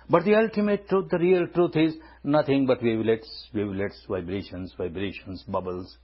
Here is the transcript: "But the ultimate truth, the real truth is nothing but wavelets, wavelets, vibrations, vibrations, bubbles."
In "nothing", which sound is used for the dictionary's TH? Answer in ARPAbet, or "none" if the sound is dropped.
T